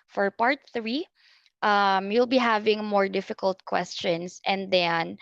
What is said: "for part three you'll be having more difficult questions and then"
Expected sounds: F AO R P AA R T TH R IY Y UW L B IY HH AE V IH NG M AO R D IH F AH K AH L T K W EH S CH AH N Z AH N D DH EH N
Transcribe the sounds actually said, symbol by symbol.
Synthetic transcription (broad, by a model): F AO R P AA R T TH R IY Y UW L B IY HH AE V IH NG M AO R D IH F AH K AH L T K W EH S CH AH N S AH N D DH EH N